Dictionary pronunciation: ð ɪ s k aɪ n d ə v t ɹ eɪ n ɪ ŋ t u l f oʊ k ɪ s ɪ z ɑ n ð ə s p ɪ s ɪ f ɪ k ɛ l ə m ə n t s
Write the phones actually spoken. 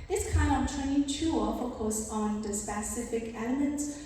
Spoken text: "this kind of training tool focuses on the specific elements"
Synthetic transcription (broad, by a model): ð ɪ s k aɪ n d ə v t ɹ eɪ ɪ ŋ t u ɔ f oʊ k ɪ ɪ s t n ð ə s p ɪ s ɪ f ɪ k ɛ l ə m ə n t s